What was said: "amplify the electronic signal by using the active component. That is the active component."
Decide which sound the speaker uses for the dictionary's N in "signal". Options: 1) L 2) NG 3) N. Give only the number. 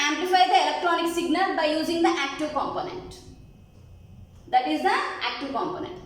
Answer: 3